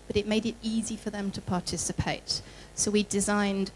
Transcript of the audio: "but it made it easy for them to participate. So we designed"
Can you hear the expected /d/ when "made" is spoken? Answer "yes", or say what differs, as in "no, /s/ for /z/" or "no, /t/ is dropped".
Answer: yes